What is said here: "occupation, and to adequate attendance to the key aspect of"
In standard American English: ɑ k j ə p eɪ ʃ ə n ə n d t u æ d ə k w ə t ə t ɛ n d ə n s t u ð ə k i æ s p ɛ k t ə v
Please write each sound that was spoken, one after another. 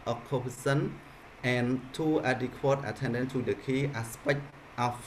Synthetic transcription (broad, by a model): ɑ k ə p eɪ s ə n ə n t u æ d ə k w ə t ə t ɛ n d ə n t u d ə k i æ s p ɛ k t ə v